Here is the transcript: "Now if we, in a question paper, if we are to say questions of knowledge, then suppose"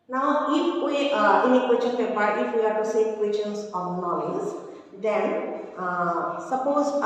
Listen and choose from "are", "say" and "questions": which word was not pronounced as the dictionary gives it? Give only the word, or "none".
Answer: questions